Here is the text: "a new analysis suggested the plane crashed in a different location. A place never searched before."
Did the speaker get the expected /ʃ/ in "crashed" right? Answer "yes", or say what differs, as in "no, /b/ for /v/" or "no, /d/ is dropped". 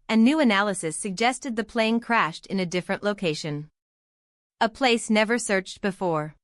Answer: yes